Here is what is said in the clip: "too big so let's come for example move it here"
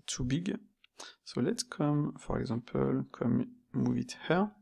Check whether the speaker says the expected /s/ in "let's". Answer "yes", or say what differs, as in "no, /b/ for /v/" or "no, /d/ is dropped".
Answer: no, /s/ is dropped